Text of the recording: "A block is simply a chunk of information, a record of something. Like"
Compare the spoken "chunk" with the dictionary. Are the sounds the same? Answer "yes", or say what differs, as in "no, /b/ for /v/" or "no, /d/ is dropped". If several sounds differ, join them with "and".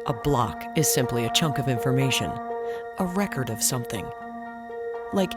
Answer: yes